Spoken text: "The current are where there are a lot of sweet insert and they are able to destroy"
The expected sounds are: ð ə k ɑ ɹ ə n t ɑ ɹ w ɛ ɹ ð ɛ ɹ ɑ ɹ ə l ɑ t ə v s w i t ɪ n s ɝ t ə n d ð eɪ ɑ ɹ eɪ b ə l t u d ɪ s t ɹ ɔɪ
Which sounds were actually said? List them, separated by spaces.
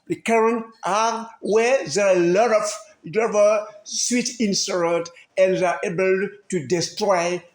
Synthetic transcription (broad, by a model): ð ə k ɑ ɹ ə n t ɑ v w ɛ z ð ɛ l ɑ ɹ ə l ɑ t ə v s w i t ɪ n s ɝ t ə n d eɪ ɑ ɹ eɪ b ə l t u d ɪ s t ɹ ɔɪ